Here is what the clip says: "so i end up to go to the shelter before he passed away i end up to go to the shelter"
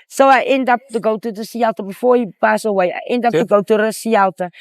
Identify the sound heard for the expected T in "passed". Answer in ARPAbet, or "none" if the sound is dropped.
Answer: none